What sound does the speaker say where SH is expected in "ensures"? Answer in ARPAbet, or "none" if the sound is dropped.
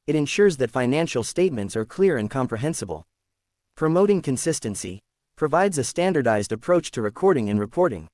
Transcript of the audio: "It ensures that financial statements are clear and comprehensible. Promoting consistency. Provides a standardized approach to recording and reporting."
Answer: SH